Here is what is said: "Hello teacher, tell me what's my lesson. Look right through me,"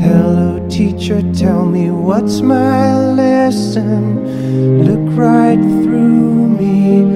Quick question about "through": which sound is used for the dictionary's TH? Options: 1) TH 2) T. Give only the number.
1